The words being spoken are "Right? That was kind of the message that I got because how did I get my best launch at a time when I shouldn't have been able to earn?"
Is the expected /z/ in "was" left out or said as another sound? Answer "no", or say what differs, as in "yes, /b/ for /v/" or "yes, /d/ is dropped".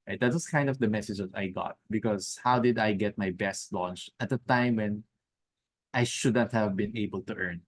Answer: yes, /s/ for /z/